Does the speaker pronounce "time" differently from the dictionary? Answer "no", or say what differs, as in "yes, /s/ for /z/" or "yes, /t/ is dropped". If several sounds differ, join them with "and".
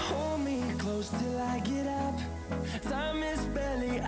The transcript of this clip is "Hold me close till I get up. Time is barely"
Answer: yes, /s/ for /t/